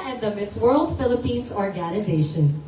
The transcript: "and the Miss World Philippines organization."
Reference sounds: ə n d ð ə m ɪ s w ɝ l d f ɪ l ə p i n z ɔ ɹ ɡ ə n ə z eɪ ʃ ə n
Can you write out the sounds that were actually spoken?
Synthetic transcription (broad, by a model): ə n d ð ə m ɪ s w ɝ l d f ɪ l ə p i n z ɔ ɹ ɡ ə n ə z eɪ ʃ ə n